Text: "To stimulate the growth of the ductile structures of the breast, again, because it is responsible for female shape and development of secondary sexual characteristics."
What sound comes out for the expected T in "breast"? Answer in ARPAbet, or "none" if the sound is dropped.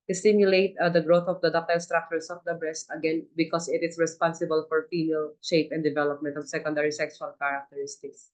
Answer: T